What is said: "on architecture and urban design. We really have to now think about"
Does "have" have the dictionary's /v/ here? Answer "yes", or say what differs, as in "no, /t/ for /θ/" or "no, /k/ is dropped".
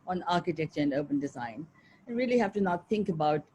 no, /f/ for /v/